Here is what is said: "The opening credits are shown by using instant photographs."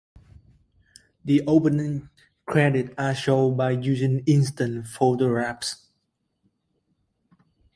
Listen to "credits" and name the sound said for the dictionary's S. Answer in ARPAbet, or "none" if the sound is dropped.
none